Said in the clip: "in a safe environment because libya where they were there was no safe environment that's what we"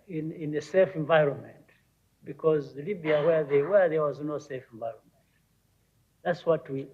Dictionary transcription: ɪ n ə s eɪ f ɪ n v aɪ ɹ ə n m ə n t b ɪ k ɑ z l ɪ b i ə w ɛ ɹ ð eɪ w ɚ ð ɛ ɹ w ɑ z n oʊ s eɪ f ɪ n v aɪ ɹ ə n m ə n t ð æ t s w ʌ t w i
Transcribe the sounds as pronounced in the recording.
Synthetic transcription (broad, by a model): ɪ n ə s eɪ f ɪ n v aɪ ɹ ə n m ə n t b ɪ k ɑ z l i b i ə w ɛ ɹ ð eɪ w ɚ ð ɛ ɹ w ɑ z n oʊ s eɪ f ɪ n v aɪ ɹ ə n m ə n t ð æ t s w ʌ t w i